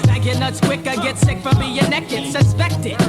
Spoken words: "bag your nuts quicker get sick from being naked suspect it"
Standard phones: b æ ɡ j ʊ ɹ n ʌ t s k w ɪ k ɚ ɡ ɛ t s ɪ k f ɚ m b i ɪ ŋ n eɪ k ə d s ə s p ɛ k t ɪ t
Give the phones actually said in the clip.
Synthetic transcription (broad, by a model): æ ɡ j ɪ n ʌ t s k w ɪ k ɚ ɡ ɛ t s ɪ k f ɚ m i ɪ n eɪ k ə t s ə s p ɛ k t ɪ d